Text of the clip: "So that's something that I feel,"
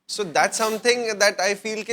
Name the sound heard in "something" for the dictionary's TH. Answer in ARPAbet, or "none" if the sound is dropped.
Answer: T